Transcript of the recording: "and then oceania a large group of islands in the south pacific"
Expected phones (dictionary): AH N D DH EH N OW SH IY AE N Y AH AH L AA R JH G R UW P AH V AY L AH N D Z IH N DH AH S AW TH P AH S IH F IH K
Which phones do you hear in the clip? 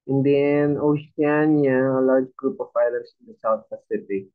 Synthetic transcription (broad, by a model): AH N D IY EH N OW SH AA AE N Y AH AH L AA R JH G R UW P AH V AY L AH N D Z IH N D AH S AW T P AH S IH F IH K